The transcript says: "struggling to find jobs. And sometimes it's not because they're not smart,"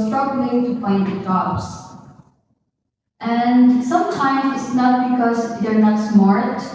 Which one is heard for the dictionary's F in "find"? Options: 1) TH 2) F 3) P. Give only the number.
3